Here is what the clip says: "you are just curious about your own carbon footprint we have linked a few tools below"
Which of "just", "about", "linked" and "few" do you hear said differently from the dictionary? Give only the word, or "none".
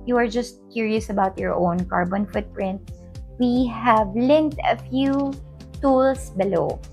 none